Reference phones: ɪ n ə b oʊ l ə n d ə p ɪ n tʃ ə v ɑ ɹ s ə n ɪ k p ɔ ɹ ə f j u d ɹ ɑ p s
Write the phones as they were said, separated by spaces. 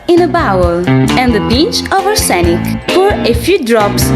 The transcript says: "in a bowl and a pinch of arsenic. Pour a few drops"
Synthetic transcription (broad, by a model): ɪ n ə b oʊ l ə n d ə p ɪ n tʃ ə v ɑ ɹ s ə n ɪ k f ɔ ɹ ə f j u d ɹ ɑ p s